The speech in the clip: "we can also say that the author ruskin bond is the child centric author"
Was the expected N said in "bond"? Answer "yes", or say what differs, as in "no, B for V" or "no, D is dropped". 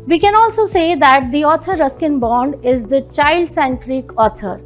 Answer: yes